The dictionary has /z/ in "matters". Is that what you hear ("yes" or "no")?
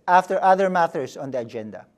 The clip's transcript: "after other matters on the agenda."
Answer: no